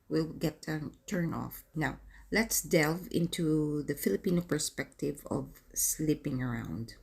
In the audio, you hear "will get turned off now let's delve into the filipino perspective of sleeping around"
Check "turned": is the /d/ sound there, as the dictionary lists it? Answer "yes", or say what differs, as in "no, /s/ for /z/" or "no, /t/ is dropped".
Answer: no, /d/ is dropped